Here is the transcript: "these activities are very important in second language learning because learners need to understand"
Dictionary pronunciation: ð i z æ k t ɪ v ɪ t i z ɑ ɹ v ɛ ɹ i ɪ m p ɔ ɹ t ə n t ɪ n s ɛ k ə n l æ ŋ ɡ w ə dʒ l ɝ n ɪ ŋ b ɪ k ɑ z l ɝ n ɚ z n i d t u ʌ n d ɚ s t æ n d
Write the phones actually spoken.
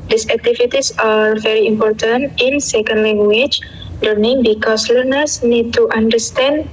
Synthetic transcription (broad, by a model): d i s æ k t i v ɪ t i s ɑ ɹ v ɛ ɹ i ɪ m p ɔ ɹ t ə n t ɪ n s ɛ k ə n l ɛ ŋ ɡ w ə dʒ l ɝ n ɪ ŋ b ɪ k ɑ s l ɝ n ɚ s n i d t u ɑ n d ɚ s t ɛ n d